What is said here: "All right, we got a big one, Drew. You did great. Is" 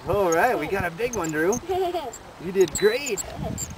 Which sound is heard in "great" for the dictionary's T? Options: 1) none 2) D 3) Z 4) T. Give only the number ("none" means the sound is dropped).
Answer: 1